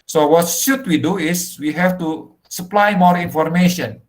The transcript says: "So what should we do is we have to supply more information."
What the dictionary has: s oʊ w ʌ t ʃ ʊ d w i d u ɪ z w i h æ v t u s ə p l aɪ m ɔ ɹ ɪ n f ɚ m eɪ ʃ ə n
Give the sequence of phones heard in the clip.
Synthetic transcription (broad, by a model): s oʊ w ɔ t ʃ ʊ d w i d u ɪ s w i h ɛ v t u s ə p l aɪ m ɔ ɹ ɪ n f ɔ m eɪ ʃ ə n